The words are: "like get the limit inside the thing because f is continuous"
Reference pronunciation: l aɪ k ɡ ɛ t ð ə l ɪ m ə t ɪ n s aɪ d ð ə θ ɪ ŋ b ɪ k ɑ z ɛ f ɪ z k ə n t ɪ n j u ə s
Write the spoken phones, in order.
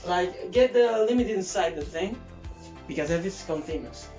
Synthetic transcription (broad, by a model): l aɪ k ɡ ɛ t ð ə l ɪ m ə t ɪ n s aɪ d ð ə θ ɪ ŋ b ɪ k ɑ z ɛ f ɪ s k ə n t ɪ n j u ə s